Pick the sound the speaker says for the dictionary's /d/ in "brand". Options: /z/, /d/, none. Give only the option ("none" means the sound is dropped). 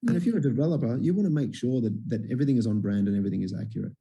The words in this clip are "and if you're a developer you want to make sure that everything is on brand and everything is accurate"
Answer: /d/